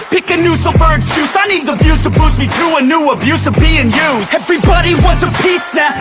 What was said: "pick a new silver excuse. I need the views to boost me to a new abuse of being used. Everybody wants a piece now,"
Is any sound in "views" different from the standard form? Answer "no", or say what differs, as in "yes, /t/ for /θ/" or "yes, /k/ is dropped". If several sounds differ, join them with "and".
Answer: yes, /b/ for /v/